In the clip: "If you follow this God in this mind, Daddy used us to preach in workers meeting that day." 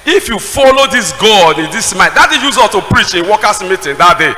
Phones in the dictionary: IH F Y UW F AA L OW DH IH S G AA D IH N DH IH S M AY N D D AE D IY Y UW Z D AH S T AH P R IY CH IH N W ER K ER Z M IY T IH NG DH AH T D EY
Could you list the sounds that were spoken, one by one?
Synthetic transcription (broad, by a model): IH F Y UW F AA L OW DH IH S G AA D IH N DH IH S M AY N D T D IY Y UW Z AO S T AH P R IY CH IH N W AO K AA S M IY T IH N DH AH T D EY